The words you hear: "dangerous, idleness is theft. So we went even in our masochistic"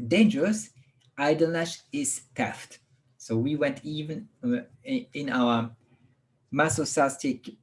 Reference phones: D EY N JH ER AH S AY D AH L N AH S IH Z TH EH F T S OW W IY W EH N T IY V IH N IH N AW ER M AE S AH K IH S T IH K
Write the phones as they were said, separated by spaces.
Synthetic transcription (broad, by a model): D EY N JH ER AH S AY D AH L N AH SH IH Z T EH F T S OW W IY W EH N T IY V IH N IH N AW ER M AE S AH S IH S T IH K